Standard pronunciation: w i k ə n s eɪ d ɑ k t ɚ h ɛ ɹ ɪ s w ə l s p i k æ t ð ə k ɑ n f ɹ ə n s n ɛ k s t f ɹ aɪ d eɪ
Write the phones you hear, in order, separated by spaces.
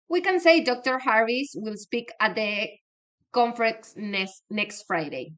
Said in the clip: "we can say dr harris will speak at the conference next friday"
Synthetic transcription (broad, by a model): w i k ə n s eɪ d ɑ k t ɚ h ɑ ɹ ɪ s w ə l s p i k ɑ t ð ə k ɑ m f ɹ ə n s n ɛ k s t f ɹ aɪ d eɪ